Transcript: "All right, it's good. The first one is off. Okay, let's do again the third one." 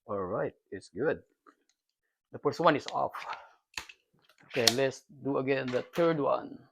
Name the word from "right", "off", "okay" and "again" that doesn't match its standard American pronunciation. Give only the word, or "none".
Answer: none